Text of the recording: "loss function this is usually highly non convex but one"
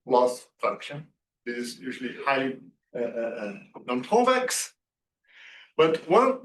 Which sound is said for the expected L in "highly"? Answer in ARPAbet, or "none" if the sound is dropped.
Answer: none